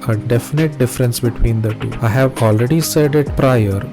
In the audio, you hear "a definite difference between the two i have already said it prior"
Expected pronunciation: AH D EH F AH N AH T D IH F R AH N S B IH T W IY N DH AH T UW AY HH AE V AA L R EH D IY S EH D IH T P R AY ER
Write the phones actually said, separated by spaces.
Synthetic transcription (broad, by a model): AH D EH F AH N AH T D IH F R AH N S B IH T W IY N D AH T UW AY HH AE V AA L R EH D IY S EH D IH T P R AY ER